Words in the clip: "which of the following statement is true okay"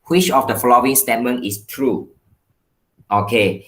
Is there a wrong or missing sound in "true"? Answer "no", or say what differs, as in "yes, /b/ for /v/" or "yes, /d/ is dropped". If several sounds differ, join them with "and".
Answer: no